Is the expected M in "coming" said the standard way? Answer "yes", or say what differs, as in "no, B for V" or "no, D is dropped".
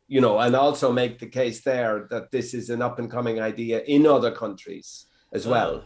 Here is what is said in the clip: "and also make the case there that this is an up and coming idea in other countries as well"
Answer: yes